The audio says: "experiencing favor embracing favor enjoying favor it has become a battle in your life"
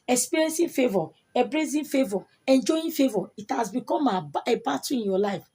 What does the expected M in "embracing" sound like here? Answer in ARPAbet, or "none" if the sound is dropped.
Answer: none